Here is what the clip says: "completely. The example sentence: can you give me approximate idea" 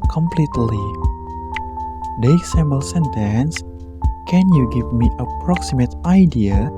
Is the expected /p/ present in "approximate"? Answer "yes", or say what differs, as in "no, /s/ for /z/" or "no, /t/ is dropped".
yes